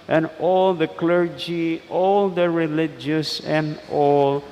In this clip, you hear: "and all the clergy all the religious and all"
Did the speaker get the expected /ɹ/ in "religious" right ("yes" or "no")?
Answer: yes